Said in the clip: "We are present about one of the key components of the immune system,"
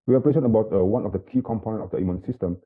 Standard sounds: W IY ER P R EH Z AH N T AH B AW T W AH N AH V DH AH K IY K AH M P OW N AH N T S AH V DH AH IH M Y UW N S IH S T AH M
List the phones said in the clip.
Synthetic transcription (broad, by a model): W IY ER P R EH S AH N AH B AW T W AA N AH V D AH K IY K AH M P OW N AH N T AH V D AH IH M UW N S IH S T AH M